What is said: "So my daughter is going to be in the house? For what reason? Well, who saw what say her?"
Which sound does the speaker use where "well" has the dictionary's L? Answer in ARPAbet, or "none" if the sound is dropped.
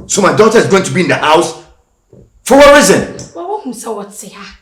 W